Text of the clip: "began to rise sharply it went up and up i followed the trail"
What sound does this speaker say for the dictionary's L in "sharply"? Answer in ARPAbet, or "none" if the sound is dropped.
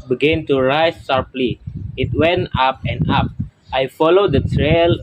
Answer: L